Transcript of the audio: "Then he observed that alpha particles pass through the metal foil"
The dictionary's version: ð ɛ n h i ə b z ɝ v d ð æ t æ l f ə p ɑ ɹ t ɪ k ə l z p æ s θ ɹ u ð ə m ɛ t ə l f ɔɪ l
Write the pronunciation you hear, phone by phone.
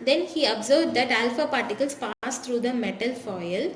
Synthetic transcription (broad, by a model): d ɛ n h i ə b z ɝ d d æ t æ l f ə p ɑ ɹ t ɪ k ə l s p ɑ s t ɹ u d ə m ɛ t ə l f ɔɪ l